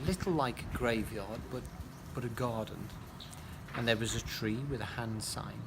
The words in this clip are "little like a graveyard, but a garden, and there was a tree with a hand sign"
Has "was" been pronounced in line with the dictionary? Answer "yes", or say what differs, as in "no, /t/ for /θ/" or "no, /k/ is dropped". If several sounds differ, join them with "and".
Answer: yes